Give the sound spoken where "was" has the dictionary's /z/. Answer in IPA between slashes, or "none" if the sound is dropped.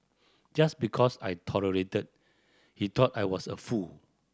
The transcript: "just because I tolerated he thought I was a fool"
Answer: /s/